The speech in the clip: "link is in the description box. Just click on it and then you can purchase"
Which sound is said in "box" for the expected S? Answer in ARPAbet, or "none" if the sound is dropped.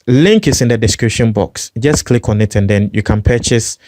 S